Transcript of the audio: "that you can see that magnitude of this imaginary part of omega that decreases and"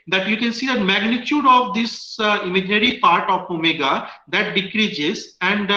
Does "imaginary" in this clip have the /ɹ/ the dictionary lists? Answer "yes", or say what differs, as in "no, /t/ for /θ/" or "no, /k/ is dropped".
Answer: no, /l/ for /ɹ/